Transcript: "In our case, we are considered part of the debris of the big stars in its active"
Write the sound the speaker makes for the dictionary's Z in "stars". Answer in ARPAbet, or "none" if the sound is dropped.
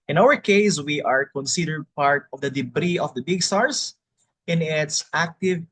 S